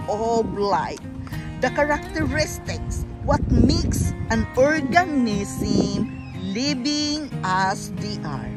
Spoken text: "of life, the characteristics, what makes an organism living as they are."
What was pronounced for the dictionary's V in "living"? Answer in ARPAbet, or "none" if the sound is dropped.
B